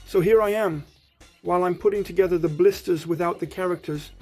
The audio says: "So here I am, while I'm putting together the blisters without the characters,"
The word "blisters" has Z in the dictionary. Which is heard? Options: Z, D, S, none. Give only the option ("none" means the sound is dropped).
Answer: Z